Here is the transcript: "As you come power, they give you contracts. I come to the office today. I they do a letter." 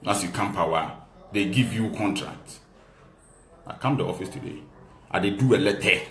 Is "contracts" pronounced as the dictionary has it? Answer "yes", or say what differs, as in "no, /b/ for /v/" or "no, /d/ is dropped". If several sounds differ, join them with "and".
no, /s/ is dropped